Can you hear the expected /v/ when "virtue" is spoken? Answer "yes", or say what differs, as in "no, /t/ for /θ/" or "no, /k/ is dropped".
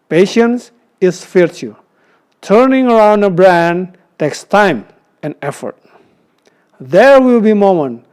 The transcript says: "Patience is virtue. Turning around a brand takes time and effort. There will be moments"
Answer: no, /f/ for /v/